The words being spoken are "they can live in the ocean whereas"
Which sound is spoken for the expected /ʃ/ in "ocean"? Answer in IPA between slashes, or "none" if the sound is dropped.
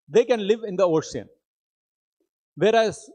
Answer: /s/